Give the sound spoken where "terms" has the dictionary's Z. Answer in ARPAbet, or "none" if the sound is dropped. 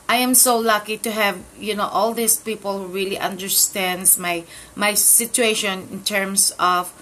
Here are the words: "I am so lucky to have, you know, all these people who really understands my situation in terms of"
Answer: S